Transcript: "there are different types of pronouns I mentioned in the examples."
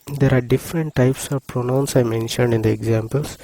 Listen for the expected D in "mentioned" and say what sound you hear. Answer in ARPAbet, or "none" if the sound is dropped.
D